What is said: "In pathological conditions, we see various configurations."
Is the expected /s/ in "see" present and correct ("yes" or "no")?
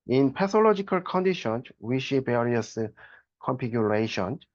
no